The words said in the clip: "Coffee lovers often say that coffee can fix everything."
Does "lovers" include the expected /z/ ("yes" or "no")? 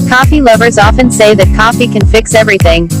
yes